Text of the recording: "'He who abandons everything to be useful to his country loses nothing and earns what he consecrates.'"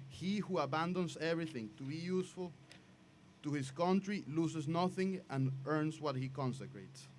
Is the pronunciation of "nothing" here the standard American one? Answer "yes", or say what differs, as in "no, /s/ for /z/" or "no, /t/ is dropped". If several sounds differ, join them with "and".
yes